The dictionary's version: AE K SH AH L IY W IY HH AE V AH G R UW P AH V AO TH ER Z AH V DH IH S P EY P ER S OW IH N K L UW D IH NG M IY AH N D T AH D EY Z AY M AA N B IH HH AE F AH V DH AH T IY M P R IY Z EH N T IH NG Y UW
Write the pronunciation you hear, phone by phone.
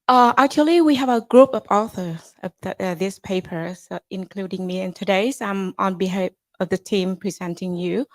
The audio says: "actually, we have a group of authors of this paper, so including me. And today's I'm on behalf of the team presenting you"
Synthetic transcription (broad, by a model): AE K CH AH L IY W IY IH V AH G R UW P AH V AO TH ER Z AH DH DH IH S P EY P ER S IH N K L UW D IH NG M IY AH N T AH D EY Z AY M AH N B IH HH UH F AH V DH AH T IY M P R IY Z EH N T IH NG Y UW